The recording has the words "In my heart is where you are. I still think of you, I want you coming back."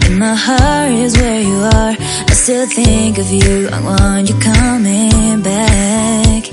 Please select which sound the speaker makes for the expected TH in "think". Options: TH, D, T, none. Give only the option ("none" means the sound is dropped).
TH